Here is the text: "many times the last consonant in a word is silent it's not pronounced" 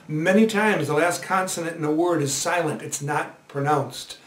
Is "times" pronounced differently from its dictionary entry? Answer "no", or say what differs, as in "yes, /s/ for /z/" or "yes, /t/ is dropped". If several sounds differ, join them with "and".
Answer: no